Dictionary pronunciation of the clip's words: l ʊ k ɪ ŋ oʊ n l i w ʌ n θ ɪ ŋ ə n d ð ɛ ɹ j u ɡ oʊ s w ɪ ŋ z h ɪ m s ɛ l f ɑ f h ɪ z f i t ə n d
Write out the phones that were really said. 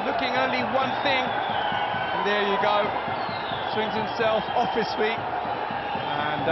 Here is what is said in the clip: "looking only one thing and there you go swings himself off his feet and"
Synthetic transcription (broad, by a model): l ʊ k ɪ ŋ oʊ n l i w ʌ n θ ɪ ŋ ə n ð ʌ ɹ j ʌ ɡ oʊ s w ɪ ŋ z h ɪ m s ɛ l f ɑ f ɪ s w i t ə n